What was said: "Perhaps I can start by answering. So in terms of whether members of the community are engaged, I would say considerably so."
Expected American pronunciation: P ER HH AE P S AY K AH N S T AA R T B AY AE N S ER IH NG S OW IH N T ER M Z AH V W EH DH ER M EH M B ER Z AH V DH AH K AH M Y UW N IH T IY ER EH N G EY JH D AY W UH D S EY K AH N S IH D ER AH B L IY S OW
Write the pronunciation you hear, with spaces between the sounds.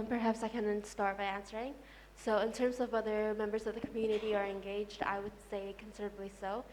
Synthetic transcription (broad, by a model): P ER HH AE P S AY K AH N S T AA R T B AY AE N S ER IH NG S OW IH N T ER M Z AH V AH DH ER M EH M B ER Z AH V DH AH K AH M Y UW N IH T IY ER EH N G EY JH D AY W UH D S EY K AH N S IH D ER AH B L IY S OW